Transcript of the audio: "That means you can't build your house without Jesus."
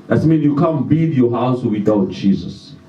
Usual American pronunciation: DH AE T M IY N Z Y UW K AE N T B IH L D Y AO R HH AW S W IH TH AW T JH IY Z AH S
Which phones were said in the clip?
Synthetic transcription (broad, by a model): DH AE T M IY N Y UW K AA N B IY D Y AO HH AW S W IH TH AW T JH IY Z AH S